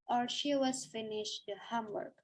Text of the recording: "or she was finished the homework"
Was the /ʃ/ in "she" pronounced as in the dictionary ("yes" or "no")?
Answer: yes